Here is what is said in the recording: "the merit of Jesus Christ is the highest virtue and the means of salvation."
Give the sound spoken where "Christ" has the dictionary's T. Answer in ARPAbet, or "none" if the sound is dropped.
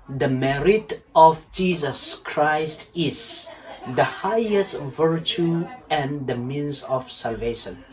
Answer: T